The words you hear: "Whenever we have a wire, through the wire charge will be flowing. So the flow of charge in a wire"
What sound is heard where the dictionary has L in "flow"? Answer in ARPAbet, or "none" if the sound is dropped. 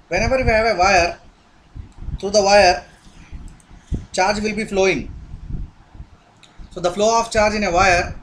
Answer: L